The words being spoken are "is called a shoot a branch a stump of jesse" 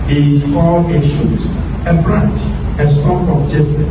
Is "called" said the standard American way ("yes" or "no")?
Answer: no